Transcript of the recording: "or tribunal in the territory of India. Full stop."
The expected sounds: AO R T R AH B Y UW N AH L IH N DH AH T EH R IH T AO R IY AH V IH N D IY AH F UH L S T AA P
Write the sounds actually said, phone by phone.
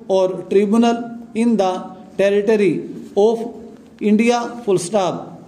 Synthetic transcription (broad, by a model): AO R T R AH B Y UW N AH L IH N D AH T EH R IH T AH R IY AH P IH N D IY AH P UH L S T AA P